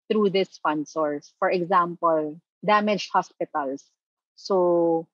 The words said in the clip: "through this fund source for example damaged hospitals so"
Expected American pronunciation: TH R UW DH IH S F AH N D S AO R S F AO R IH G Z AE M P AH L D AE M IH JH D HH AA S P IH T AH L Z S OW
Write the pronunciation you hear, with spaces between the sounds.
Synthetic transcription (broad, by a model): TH R UW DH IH S P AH N S AO R S F AO R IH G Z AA M P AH L D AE M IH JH HH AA S P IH T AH L S OW